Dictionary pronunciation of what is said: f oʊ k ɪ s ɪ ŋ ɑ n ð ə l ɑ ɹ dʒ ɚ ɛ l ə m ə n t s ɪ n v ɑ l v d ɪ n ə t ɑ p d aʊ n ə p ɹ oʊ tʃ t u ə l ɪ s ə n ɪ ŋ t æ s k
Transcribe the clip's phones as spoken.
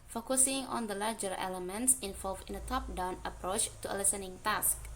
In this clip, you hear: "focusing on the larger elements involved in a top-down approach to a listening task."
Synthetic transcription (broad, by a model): f oʊ k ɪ s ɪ ŋ ɑ n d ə l ɑ ɹ dʒ ɚ ɛ l ə m ə n t s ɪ n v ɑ l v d ɪ n ə t ɑ p d aʊ n ə p ɹ oʊ tʃ t u ə l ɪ s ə n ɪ ŋ t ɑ s k